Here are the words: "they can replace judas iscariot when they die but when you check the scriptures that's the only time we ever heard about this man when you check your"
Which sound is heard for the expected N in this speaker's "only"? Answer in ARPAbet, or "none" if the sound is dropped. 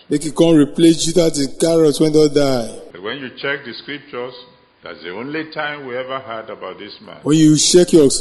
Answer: N